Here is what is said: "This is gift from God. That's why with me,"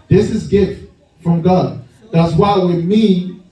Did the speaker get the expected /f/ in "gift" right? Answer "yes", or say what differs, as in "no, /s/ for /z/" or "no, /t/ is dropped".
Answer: yes